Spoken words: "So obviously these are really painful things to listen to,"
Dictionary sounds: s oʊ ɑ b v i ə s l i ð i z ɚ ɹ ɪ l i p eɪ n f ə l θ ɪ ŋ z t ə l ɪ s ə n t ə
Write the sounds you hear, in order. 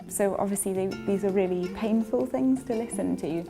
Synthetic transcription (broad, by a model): s oʊ ɑ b v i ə s l i ð i z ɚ ɹ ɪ l i p eɪ n f ə l θ ɪ ŋ z t ə l ɪ s ə n t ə